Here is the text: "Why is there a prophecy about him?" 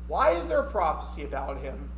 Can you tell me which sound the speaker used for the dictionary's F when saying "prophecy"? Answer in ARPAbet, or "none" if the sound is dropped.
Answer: F